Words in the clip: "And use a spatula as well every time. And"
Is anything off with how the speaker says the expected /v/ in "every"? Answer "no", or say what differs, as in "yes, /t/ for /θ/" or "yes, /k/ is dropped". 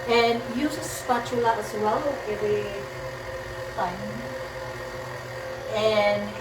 yes, /v/ is dropped